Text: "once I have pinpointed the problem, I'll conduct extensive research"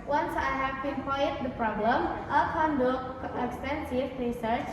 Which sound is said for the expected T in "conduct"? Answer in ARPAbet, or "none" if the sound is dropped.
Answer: none